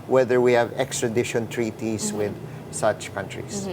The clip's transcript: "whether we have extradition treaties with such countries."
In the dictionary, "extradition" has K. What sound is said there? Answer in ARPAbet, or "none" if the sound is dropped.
K